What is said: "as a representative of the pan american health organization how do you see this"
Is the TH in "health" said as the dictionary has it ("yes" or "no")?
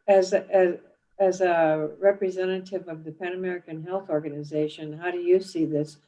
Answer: yes